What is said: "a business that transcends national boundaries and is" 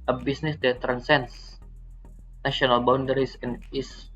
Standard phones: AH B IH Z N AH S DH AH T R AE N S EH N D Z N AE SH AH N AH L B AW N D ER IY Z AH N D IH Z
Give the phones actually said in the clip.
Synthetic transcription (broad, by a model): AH B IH S N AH S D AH T R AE N S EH N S N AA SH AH N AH L B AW N D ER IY S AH N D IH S